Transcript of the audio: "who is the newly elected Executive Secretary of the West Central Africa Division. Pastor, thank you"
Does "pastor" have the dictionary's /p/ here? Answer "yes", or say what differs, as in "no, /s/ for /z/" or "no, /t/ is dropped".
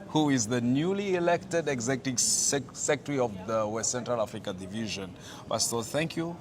no, /b/ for /p/